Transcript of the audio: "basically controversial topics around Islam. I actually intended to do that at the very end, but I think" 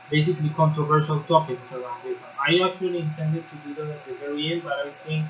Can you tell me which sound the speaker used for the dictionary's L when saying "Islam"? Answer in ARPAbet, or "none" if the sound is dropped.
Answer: none